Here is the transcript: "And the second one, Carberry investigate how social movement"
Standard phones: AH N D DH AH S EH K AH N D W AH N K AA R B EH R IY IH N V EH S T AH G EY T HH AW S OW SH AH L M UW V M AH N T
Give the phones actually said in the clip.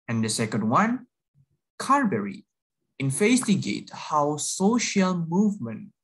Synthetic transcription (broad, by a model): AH N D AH S EH K AH N D W AH N K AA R B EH R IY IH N F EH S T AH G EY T HH AW S OW SH AH L M UW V M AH N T